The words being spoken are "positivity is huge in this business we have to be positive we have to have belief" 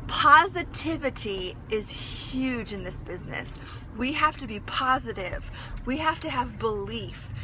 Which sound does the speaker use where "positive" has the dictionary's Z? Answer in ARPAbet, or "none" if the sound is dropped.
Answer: Z